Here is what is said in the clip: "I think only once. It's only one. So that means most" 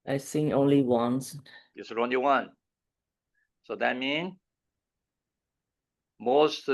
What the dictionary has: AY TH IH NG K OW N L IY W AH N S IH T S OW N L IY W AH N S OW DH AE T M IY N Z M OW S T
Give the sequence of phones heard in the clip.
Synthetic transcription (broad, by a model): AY S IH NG OW N L IY W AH N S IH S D OW N L IY W AH N S OW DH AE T M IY N M OW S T